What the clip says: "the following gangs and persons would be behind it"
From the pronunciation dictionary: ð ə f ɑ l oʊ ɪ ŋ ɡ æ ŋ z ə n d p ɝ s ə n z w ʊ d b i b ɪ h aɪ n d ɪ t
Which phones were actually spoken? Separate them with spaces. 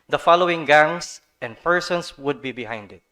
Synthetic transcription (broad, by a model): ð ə f ɑ l oʊ ɪ ŋ ɡ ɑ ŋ s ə n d p ɝ s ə n s w ʊ d b i b ɪ h aɪ n d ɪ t